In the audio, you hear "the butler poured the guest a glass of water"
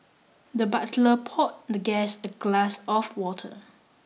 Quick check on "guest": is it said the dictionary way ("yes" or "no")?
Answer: no